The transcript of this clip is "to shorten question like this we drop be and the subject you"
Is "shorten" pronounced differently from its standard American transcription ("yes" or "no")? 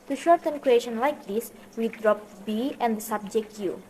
no